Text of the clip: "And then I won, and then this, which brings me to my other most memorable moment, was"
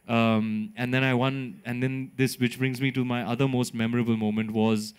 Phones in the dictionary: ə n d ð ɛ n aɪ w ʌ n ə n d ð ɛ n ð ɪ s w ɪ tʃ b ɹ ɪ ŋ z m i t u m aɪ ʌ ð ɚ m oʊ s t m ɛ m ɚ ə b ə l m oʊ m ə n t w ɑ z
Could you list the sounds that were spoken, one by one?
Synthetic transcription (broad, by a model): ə n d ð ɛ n aɪ w ʌ n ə n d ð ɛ n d ɪ s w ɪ tʃ b ɹ ɪ ŋ z m i t u m aɪ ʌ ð ɚ m oʊ s t m ɛ m ɚ ə b ə l m oʊ m ə n t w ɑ z